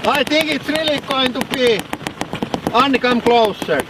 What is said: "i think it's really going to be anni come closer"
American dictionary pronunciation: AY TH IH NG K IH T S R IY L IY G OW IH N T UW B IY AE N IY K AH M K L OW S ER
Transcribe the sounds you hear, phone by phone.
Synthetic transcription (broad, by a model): AY T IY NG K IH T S R IY L IY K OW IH N T UW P IY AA N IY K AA M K L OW S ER